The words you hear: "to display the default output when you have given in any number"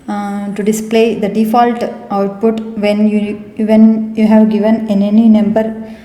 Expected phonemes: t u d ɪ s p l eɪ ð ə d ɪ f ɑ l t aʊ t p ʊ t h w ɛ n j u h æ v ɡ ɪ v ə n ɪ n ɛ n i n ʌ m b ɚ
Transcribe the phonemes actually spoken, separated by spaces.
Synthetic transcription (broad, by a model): t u d ɪ s p l eɪ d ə d ɪ f ɑ l t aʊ t p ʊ t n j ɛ n j u h æ v ɡ ɪ v ə n ɪ n ɛ n i n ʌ m b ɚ